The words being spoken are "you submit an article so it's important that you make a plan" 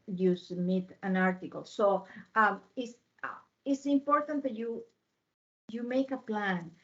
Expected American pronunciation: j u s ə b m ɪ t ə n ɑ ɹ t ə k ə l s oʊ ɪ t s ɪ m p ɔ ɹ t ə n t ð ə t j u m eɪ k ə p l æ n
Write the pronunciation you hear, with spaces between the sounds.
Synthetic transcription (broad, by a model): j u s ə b m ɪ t ə n ɑ ɹ t ə k ə l s oʊ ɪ s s ɪ m p ɔ ɹ t ə n t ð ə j j u m eɪ k ə p l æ n